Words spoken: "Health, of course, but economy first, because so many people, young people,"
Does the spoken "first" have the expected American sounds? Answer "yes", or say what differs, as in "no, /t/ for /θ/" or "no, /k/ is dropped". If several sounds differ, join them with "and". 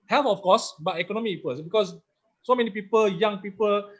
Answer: no, /p/ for /f/